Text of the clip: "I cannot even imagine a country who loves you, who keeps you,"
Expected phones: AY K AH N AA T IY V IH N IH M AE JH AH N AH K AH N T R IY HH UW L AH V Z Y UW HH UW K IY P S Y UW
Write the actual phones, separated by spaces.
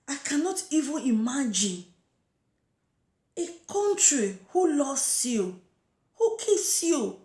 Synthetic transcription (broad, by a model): AY K AH N AA T IY V IH N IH M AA JH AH N AH K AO N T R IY HH UW L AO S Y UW HH UW K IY S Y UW